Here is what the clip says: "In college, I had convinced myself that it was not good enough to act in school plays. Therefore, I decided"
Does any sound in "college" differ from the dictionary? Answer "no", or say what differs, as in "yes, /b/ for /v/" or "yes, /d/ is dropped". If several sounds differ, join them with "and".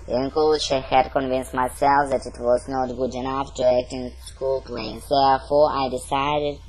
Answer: yes, /ʃ/ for /dʒ/